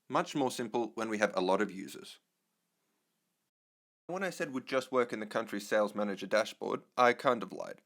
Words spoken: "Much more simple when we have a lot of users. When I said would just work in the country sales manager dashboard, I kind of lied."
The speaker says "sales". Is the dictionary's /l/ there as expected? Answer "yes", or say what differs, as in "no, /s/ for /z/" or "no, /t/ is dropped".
yes